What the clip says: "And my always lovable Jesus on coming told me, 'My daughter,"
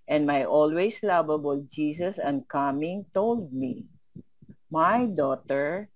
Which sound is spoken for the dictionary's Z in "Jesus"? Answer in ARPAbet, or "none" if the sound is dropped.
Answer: S